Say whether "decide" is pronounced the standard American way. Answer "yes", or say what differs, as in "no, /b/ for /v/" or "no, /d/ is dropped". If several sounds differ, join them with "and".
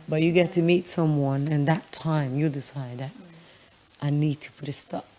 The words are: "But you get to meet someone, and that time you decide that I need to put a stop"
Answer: yes